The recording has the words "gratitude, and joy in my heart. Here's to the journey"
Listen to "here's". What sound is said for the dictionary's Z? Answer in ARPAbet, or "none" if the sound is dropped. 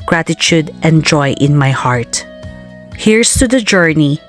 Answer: S